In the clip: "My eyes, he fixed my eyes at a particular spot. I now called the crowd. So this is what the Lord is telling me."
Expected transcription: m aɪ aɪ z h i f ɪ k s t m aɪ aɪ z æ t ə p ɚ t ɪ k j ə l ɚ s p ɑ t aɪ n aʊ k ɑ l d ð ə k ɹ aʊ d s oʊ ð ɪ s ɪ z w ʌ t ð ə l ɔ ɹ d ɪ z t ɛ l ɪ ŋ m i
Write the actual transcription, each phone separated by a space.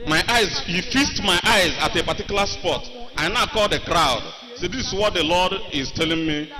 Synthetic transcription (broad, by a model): m aɪ aɪ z h i f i s t m aɪ aɪ z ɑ t ə p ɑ t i k j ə l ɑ s p ɑ t aɪ n aʊ k ɑ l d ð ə k ɹ aʊ d s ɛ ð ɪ s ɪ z w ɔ t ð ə l ɔ d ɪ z t ɛ l ɪ ŋ m i